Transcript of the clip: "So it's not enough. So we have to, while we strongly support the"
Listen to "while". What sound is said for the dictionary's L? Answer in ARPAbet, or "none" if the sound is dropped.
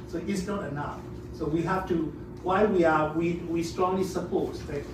W